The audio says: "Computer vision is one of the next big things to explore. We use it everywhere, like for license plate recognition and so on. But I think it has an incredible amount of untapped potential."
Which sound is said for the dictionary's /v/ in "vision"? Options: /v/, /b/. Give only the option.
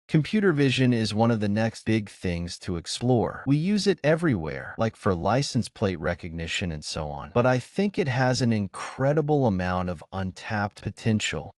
/v/